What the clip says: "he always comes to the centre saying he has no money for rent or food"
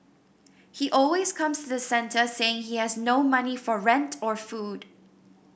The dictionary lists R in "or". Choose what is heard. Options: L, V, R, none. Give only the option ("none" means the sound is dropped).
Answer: R